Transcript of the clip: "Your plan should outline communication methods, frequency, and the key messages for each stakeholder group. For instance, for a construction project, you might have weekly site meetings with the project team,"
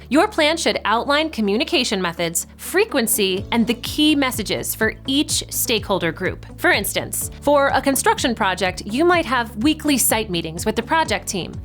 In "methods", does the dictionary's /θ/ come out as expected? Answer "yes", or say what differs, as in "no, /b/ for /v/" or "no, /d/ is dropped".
yes